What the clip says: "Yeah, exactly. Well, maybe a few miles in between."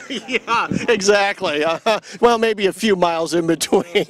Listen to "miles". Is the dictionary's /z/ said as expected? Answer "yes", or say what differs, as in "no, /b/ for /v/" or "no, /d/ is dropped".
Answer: yes